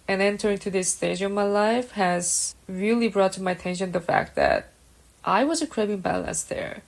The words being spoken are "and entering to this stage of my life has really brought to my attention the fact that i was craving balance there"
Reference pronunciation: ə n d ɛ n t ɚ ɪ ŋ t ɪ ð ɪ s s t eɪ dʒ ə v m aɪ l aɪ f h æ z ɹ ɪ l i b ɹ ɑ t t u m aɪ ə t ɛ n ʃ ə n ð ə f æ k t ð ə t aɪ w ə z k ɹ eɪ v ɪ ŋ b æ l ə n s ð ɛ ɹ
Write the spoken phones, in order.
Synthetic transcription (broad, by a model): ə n ɛ n t ɚ ɪ ŋ t ɪ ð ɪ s s t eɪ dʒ ə v m aɪ l aɪ f h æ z ɹ ɪ l i b ɹ ɑ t t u m aɪ ə t ɛ n ʃ ə n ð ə f æ k t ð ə t aɪ w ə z k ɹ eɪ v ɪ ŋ b æ l ə n s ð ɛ ɹ